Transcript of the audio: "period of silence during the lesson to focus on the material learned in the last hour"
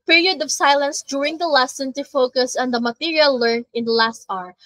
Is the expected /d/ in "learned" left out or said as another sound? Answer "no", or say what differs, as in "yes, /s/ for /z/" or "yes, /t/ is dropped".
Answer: yes, /d/ is dropped